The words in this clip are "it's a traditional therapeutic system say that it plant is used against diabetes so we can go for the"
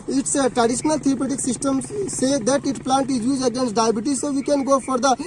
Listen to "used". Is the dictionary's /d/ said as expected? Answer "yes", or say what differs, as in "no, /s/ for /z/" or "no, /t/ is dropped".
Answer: no, /d/ is dropped